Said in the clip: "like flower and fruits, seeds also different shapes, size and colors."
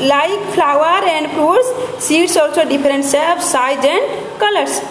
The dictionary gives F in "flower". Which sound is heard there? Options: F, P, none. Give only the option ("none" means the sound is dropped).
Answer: P